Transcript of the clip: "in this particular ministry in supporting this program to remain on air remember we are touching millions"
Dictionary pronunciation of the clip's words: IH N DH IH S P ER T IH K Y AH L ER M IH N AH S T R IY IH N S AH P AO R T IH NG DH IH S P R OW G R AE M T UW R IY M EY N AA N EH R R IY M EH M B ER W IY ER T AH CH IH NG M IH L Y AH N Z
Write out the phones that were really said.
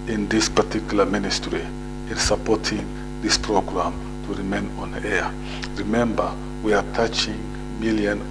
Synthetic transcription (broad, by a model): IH N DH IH S P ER T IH K Y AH L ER M IH N AH S T R IY IH N S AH P AO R T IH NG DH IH S P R OW G R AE M T UW R IY M EY N AA N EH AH R IY M EH M B ER W IY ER T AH CH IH NG M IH L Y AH N